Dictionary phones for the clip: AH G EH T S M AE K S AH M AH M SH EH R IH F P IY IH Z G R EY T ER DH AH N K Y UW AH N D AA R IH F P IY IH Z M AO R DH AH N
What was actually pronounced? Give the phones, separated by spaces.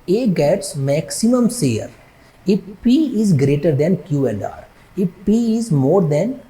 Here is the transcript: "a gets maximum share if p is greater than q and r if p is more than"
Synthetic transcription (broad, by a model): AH G EH T S M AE K S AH M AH M S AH R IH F P IY IH Z G R EY T ER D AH N K Y UW AH N D AA R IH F P IY IH Z M AO R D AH N